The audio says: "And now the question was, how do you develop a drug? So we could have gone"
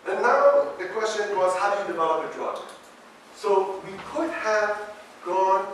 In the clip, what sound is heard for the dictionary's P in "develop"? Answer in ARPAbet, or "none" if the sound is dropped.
none